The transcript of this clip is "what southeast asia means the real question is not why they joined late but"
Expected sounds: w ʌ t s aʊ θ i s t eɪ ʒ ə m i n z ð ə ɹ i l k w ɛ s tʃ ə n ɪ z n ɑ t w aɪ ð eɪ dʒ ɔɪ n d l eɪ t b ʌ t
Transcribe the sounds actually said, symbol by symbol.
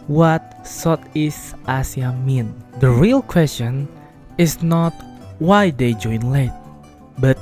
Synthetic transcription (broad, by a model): w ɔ t s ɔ t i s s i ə m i n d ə ɹ i l k w ɛ s tʃ ə n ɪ s n ɑ t w aɪ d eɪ dʒ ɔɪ n l eɪ t b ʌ t